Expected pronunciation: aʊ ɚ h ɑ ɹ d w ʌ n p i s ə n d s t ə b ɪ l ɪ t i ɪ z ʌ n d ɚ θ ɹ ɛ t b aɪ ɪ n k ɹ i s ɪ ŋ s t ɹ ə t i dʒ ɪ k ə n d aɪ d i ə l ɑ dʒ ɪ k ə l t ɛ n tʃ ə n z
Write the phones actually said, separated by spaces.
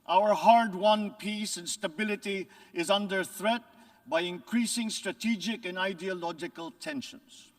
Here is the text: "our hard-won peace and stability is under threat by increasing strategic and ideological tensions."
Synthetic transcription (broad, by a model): aʊ ɚ h ɑ ɹ d w ʌ n p i s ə n s t ə b ɪ l ɪ t i ɪ z ʌ n d ɚ θ ɹ ɛ t b aɪ ɪ n k ɹ i s ɪ ŋ s t ɹ ə t i dʒ ɪ k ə n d aɪ d i ə l ɑ dʒ ɪ k ə l t ɛ n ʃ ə n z